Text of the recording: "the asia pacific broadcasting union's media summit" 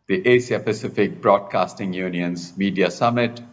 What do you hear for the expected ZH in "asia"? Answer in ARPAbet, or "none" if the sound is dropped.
S